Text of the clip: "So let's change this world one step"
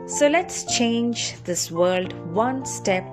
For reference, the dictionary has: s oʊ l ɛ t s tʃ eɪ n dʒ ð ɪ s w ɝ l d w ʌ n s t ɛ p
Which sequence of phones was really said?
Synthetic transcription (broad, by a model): s oʊ l ɛ t s tʃ eɪ n dʒ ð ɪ s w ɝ l d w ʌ n s t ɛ p